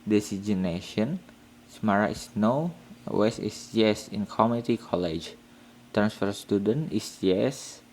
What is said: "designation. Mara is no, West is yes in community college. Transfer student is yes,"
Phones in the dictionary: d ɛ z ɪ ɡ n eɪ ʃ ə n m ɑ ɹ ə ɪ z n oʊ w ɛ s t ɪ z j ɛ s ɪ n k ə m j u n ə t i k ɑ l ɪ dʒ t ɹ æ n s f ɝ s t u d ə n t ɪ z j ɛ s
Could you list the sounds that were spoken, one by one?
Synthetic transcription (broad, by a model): d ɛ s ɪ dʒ n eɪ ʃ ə n m ɑ ɹ ə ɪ s n oʊ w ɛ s ɪ s j ɛ s ɪ n k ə m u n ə t i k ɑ l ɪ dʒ t ɹ æ n s f ɝ s t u d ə n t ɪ s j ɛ s